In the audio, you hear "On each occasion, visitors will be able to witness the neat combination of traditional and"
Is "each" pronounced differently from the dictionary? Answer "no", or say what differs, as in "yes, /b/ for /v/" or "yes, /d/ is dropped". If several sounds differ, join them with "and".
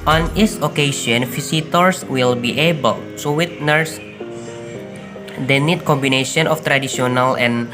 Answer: yes, /s/ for /tʃ/